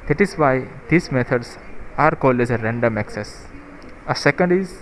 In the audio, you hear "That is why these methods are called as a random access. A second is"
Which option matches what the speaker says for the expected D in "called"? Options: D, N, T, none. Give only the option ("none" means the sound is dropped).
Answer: D